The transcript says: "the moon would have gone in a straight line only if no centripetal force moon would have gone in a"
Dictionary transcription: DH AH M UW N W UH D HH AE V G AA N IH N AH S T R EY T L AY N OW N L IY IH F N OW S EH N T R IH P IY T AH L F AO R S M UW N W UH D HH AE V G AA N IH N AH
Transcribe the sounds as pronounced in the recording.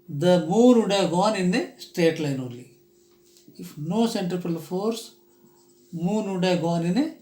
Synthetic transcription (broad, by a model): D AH M UW N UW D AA G AA N IH N AH S T EY T L AY N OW L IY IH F N OW S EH N T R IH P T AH L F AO R S M UW N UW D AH G AA N IH N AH